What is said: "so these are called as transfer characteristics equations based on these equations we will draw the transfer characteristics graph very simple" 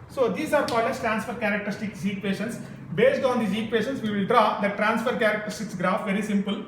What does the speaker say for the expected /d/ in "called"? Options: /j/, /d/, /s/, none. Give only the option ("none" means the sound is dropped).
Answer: none